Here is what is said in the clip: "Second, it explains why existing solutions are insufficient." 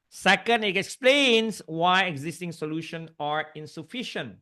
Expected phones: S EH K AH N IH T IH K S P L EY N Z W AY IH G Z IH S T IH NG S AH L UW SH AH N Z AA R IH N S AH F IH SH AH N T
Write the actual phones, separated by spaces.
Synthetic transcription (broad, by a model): S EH K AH N IH T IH K S P L EY N S W AY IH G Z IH S T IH NG S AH L UW SH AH N AA R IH N S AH F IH SH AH N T